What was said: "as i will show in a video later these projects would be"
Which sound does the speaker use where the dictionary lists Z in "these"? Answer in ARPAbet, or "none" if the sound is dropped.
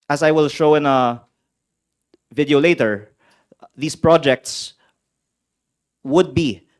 S